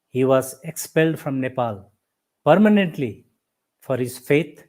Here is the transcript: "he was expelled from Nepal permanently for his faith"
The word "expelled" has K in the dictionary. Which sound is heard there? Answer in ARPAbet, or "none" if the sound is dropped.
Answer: K